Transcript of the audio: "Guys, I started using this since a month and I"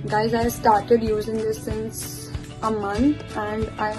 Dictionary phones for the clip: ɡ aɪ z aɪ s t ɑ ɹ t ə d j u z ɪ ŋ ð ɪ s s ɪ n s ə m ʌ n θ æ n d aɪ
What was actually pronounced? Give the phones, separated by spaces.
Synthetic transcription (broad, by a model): ɡ aɪ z aɪ s t ɑ ɹ t ə d j u z ɪ ŋ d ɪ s s ɪ n s ə m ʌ n t æ n d aɪ